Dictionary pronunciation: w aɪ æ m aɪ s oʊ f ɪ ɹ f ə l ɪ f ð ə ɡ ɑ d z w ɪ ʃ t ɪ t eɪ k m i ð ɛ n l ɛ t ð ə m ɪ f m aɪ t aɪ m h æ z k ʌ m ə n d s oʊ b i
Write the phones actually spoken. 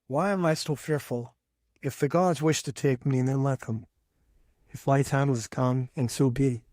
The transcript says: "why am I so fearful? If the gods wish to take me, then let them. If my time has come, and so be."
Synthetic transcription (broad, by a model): w aɪ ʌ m aɪ s oʊ f ɪ ɹ f ə l ɪ f ð ə ɡ ɑ d z w ɪ ʃ t ɪ t eɪ k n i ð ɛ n l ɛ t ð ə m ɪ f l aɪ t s h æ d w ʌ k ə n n s oʊ b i